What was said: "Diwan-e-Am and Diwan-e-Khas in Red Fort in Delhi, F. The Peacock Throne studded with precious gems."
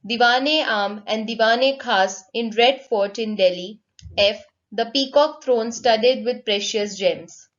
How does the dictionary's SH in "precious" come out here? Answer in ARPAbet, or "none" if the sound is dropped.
SH